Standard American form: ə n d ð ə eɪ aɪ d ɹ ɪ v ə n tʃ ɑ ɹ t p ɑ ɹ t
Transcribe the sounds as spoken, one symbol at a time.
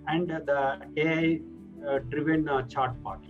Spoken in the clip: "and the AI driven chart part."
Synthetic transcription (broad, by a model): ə n d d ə eɪ aɪ d ɹ ɪ v ə n tʃ ɑ ɹ t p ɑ ɹ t